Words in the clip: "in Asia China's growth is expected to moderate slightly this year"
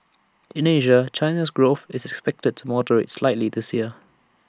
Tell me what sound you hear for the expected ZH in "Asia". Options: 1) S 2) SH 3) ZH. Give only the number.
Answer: 3